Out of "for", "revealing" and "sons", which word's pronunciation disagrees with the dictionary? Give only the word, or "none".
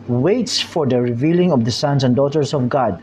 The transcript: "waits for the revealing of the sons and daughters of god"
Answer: sons